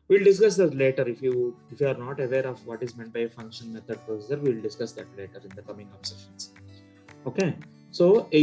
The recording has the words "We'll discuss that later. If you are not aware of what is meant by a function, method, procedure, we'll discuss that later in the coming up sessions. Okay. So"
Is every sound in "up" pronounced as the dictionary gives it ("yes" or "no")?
no